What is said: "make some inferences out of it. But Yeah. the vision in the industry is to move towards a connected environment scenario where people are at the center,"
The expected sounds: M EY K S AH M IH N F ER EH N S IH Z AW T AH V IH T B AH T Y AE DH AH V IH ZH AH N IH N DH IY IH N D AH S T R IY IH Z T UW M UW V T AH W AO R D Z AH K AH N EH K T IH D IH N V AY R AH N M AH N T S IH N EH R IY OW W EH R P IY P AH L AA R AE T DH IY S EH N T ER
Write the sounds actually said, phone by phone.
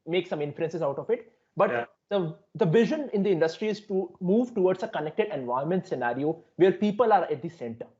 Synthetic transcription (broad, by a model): M EY K S AH M IH N F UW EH N S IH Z AW T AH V IH T B AH T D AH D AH V IH ZH AH N IH N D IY IH N D AH S T R IY IH Z T UW M UW V T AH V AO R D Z AH K AH N EH K T IH D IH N V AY AH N M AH N T S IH N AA R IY OW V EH R P IY P AH L AA R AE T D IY S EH N T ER